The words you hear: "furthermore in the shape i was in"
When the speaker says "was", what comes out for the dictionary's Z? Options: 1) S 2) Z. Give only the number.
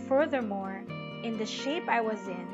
2